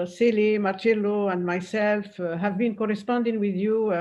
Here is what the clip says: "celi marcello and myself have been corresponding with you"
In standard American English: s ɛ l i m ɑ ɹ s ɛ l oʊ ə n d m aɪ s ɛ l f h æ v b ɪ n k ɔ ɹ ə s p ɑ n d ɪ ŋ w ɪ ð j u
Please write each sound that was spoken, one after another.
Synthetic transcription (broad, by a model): s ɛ l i m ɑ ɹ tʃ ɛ l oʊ ə n d m aɪ s ɛ l f h æ v b ɪ n k ɔ ɹ ə s p ɑ n d ɪ ŋ w ɪ ð j u